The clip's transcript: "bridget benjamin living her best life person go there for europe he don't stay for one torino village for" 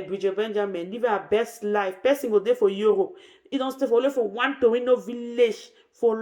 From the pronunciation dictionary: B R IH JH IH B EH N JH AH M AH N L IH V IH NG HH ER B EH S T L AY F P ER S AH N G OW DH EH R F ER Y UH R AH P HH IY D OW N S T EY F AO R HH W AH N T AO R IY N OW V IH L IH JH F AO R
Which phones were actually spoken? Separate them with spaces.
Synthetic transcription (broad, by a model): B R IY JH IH B EH N JH AH M AH N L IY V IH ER B EH S T L AY F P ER S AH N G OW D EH F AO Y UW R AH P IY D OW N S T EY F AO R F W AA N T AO W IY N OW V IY L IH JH F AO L